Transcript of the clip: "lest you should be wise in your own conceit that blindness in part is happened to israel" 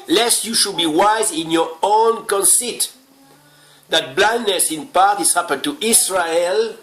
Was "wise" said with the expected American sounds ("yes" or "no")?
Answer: yes